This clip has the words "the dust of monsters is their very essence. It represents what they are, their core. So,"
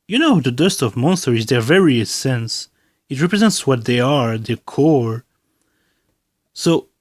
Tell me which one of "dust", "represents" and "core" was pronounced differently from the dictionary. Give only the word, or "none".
none